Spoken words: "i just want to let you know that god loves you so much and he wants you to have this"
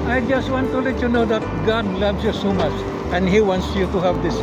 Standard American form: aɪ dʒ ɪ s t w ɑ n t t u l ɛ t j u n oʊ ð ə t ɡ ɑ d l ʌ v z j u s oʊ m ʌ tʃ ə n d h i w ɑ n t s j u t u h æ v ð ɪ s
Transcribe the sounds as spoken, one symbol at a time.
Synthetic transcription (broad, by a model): aɪ dʒ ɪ s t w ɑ n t t u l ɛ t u n oʊ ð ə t ɡ ɑ d l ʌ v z j u s oʊ m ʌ tʃ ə n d h i w ɑ n t s j u t u h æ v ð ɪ s